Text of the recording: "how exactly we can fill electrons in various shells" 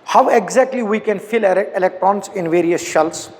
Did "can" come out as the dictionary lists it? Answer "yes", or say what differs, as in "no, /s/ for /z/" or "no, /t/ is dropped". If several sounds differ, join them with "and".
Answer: yes